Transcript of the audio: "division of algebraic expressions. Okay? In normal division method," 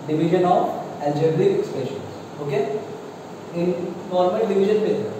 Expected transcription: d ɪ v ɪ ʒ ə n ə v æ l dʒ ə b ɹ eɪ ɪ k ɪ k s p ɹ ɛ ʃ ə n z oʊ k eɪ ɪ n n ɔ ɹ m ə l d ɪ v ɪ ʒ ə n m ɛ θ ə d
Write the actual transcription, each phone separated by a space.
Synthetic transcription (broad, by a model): d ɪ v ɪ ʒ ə n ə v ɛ l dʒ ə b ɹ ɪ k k s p ɛ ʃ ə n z oʊ k eɪ ɪ n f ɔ ɹ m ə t d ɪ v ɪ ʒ ə n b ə